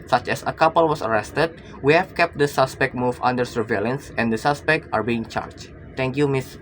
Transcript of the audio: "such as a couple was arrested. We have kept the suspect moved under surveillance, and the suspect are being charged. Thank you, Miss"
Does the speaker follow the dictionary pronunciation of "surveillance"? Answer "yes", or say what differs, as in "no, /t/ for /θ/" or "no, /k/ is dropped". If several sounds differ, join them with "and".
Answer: yes